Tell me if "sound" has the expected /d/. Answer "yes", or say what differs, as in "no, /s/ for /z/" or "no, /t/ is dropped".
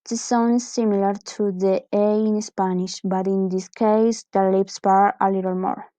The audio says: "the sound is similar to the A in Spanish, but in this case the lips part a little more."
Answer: no, /d/ is dropped